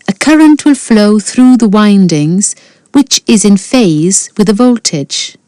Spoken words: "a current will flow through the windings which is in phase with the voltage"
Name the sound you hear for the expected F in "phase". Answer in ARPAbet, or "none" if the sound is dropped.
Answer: F